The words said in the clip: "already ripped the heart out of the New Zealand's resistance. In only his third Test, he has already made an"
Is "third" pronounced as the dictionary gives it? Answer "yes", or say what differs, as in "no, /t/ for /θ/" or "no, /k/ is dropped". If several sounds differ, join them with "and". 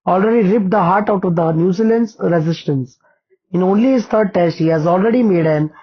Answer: no, /t/ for /θ/